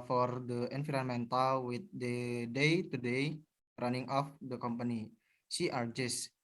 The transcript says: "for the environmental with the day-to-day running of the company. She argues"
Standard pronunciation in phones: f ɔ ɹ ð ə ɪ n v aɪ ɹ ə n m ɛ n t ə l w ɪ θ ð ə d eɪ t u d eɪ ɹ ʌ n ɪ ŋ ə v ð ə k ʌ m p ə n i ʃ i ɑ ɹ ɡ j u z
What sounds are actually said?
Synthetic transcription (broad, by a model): f ɔ ɹ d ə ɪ n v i ɹ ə n m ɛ n t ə l w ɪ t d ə d eɪ t u d eɪ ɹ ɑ n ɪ ŋ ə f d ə k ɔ m p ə n i s i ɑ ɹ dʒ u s